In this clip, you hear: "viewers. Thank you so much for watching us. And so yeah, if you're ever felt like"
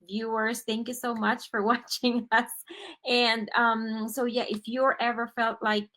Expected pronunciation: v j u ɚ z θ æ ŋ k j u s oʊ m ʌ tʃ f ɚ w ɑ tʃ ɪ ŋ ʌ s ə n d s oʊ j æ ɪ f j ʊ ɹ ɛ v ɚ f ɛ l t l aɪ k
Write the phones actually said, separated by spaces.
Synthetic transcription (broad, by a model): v j u ɚ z θ æ ŋ k j u s oʊ m ʌ tʃ f ɚ w ɑ tʃ ɪ ŋ ʌ s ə n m s oʊ j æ ɪ f j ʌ ɹ ɛ v ɚ f ɛ l t l aɪ k